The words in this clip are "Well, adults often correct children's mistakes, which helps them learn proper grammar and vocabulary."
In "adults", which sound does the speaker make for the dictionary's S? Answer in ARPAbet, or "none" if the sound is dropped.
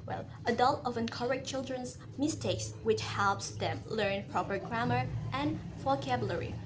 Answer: none